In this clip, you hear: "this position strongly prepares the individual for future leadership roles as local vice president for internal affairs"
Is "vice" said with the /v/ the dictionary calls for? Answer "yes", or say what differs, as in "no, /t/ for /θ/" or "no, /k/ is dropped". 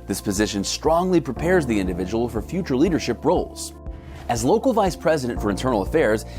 yes